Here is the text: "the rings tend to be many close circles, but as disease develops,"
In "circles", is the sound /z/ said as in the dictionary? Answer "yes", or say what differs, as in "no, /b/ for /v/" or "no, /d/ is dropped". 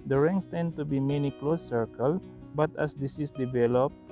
no, /z/ is dropped